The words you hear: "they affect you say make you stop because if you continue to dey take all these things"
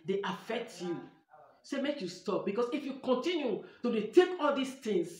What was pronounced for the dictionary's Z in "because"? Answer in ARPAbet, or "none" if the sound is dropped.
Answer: S